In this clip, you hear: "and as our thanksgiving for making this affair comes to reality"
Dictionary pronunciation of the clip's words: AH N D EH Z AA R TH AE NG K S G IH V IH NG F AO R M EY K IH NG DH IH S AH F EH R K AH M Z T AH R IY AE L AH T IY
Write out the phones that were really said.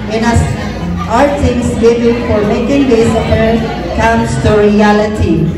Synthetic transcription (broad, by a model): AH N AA S AA R T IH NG S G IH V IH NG F AO R M EY K IH NG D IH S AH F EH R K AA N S T AH R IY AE L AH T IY